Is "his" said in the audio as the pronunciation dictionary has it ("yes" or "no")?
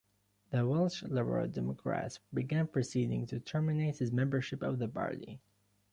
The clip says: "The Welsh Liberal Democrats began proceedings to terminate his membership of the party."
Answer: yes